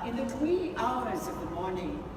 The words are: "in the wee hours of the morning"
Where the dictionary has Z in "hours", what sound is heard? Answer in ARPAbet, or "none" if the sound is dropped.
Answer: Z